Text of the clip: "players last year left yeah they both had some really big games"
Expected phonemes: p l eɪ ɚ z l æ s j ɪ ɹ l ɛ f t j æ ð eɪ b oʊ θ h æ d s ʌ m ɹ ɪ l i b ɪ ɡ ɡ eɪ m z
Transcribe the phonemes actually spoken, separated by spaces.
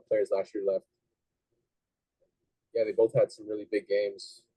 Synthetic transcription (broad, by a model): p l eɪ ɚ z l æ s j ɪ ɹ l ɛ f t j æ ð eɪ b oʊ θ h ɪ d s ʌ m ɹ ɪ l i b ɪ ɡ ɡ eɪ m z